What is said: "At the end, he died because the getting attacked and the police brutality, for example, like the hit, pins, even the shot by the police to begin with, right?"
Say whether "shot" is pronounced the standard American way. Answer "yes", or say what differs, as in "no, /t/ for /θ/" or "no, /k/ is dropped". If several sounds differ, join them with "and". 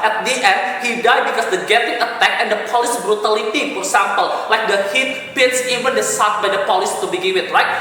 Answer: no, /s/ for /ʃ/